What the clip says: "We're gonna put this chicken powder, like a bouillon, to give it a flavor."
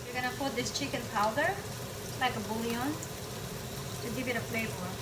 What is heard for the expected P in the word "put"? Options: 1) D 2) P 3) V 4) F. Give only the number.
4